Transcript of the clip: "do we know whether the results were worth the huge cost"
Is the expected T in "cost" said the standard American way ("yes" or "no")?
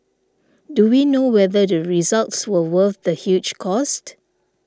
yes